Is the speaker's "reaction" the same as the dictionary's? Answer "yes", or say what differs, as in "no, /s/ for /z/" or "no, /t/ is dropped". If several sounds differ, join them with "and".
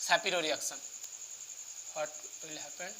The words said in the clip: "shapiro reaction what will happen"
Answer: no, /s/ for /ʃ/